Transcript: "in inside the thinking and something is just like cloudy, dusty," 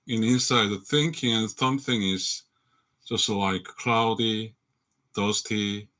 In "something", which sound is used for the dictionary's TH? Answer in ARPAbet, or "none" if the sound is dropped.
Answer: TH